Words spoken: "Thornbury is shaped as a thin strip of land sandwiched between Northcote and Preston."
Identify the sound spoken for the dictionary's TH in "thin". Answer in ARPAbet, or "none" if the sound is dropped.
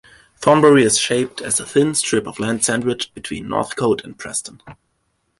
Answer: TH